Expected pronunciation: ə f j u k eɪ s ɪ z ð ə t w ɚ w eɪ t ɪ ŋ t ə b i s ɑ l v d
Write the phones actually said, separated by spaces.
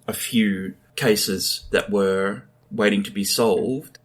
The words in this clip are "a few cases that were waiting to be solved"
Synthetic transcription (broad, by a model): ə f j u k eɪ s ɪ z ð ə t w ɚ w eɪ t ɪ ŋ t ə b i s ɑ l v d